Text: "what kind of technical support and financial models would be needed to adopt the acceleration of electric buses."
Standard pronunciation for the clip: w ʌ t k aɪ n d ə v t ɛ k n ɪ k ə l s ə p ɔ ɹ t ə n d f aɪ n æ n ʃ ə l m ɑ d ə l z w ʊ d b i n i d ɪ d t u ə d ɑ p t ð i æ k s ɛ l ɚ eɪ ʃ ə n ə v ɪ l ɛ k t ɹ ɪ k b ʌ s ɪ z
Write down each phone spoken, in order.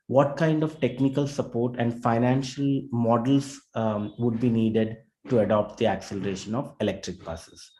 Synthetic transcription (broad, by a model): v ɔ t k aɪ n d ə v t ɛ k n ɪ k ə l s ə p ɔ ɹ t ə n d f aɪ n æ n ʃ ə l m ɑ d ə l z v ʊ d b i n i d ɪ d t u ə d ɑ p t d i æ k s ɛ l ɚ eɪ ʃ ə n ə v ɪ l ɛ k t ɹ ɪ k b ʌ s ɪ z